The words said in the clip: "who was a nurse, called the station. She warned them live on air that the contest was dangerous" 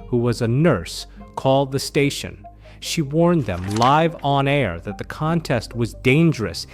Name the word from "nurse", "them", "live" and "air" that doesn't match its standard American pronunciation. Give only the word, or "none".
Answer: none